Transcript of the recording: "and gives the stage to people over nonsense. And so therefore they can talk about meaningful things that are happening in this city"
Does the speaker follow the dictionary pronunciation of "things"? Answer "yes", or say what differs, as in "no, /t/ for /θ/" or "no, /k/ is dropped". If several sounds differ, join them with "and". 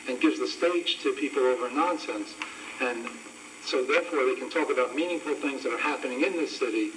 yes